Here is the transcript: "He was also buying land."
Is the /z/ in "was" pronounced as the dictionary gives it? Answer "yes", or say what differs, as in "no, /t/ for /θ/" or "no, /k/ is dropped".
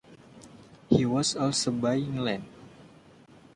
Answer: no, /s/ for /z/